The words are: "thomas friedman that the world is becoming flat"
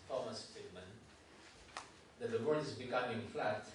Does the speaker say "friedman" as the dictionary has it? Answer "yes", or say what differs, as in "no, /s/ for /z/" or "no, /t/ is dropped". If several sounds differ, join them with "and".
no, /ɹ/ is dropped